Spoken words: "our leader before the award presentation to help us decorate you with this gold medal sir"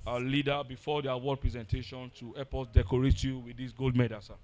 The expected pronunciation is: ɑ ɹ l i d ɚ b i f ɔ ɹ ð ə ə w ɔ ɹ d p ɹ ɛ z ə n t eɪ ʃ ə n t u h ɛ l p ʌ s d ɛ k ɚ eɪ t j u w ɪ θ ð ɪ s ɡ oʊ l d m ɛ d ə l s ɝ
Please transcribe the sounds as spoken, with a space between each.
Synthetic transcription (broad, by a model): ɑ l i d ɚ b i f ɔ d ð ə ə w ɔ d p ɹ ɛ z ə n t eɪ ʃ ə n t u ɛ p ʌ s d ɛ k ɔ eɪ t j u w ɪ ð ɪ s ɡ oʊ l d m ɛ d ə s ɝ